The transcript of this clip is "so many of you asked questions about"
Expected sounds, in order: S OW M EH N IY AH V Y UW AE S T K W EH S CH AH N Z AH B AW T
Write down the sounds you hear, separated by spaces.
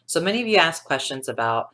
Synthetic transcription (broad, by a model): S OW M EH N IY AH V Y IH AE S K W EH S CH AH N Z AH B AW T